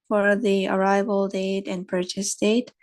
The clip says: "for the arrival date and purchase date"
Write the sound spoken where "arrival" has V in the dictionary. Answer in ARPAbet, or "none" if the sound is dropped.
V